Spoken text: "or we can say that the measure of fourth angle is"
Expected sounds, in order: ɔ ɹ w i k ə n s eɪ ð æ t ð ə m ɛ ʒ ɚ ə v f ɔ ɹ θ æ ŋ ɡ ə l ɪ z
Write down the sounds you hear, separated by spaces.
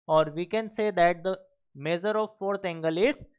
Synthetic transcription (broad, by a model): ɔ ɹ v i k ə n s eɪ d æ t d ə m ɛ z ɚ ə v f ɔ ɹ t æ ŋ ɡ ə l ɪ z